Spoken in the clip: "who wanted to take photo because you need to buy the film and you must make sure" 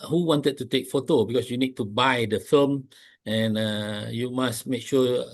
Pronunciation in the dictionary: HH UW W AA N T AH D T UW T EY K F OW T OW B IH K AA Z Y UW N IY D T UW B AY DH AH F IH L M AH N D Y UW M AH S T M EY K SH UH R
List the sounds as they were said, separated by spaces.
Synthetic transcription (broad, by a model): HH UW W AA N T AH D T UW T EY K F OW T OW B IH K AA S Y UW N IY D T UW B AY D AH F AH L M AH N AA Y UW M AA S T M EY K SH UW